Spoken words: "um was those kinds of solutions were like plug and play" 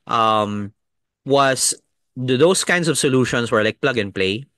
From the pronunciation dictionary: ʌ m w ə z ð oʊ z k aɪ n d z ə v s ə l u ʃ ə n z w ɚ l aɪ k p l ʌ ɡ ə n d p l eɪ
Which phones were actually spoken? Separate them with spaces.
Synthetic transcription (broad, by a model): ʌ m w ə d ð oʊ s k aɪ n d s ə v s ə l u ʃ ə n s w ɚ l aɪ k p l ʌ ɡ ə n p l eɪ